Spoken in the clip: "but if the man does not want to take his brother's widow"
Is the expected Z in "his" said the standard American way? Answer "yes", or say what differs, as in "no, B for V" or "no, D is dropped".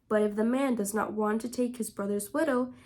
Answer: yes